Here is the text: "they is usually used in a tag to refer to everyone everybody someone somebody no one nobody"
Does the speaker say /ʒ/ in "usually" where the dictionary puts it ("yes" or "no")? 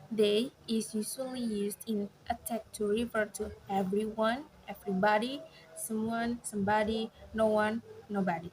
no